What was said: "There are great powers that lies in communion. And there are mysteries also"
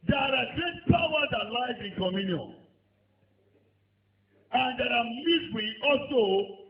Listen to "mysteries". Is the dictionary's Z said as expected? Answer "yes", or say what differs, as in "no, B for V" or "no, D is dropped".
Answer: no, Z is dropped